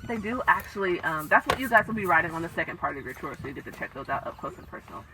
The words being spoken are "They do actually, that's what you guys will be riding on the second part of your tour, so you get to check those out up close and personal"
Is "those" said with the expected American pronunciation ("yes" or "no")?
yes